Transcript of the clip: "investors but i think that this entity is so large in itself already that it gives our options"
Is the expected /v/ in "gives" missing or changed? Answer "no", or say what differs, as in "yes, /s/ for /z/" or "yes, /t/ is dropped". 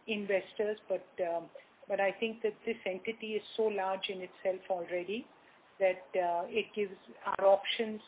no